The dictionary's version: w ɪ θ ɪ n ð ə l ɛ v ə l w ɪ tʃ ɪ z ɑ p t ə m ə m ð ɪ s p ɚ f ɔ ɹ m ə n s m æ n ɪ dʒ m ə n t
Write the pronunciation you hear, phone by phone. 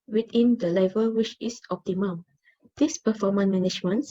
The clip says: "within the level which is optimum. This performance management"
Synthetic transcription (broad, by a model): w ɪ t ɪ n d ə l ɛ v ə l w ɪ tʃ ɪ s ɑ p t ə m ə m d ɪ s p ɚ f ɔ m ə n m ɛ n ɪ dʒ m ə n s